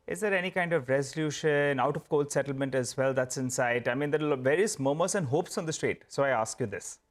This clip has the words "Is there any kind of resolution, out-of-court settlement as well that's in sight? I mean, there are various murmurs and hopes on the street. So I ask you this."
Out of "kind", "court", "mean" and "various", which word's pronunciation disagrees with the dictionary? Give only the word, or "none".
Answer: court